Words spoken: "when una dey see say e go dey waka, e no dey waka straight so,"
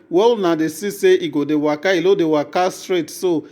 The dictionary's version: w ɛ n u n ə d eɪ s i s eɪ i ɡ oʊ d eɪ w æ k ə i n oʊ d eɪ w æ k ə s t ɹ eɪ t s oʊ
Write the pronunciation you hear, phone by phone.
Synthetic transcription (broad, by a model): w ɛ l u n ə d eɪ s i s eɪ i ɡ oʊ d eɪ w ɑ k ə i l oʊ d eɪ w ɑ k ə s t ɹ eɪ t s oʊ